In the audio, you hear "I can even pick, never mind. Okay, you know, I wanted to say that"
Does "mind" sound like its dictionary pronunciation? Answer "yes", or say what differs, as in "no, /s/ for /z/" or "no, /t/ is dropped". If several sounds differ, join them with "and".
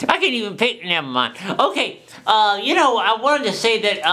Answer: no, /d/ is dropped